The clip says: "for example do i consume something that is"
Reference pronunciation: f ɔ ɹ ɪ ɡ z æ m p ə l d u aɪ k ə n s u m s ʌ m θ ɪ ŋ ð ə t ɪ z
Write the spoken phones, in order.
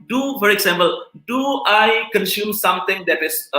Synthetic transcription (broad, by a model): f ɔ ɹ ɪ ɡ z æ m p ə l d u aɪ k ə n s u m s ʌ m t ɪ ŋ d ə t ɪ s